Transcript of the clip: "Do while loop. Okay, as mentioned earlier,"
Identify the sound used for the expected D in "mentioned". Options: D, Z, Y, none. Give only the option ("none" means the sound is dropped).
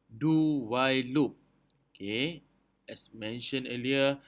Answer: none